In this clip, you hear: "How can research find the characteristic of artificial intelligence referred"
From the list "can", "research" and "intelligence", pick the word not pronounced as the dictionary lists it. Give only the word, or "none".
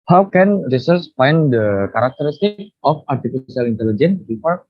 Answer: research